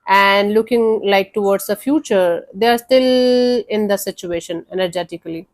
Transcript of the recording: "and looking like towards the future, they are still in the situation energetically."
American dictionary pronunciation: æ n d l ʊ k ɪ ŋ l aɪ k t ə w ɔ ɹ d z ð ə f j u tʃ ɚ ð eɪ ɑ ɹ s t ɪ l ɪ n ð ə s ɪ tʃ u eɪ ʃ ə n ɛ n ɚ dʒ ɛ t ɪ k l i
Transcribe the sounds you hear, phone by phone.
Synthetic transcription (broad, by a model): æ n d l ʊ k ɪ ŋ l aɪ k t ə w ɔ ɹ d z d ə f j u tʃ ɚ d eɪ ɑ ɹ s t ɪ l ɪ n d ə s ɪ tʃ u eɪ ʃ ə n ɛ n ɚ dʒ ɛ t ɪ k l i